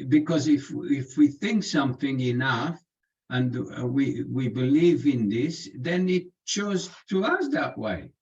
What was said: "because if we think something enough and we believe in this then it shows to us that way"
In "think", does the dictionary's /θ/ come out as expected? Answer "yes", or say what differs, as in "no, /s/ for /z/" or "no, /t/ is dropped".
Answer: yes